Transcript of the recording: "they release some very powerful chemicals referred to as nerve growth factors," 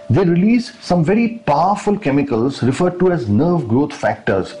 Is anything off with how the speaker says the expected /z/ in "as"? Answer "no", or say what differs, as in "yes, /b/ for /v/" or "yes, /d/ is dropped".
no